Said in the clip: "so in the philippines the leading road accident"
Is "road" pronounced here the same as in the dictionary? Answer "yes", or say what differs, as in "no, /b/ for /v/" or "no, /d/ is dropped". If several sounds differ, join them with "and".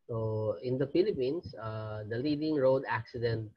yes